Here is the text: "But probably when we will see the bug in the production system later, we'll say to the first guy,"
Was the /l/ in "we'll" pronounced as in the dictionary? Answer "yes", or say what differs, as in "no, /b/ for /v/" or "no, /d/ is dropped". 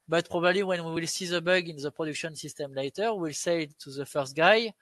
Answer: yes